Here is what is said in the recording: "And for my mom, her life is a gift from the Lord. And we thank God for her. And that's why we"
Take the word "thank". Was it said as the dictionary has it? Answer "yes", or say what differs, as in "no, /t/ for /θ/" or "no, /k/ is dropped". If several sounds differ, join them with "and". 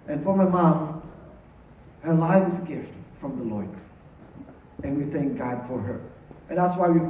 yes